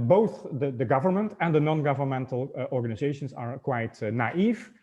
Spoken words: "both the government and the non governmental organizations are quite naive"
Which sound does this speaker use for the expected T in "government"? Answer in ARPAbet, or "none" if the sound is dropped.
T